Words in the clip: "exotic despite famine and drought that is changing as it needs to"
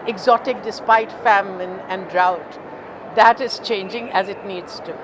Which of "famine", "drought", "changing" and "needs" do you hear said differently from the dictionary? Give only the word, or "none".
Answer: none